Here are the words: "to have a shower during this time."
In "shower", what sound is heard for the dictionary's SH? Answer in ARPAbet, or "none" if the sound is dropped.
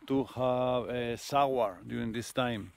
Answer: S